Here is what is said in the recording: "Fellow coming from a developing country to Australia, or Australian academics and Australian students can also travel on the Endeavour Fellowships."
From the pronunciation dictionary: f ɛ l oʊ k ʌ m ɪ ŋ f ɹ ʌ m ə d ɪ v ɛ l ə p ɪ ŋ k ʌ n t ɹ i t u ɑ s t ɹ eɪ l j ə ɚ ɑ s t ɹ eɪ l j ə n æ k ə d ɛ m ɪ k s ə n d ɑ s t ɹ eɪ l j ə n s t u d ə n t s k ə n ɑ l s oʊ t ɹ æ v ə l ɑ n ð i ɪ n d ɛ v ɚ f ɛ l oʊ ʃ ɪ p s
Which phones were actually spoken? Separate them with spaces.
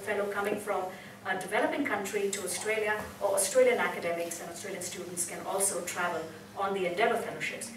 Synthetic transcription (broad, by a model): f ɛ l oʊ k ʌ m ɪ ŋ f ɹ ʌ m ə d ɪ v ɛ l ə p ɪ ŋ k ʌ n t ɹ i t u ɑ s t ɹ eɪ l j ə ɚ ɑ s t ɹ eɪ l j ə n æ k ə d ɛ m ɪ k s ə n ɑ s t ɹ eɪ l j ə n s t u d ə n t s k ə n ɑ l s oʊ t ɹ æ v ə l ɑ n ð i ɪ n d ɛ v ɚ f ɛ l oʊ ʃ ɪ p s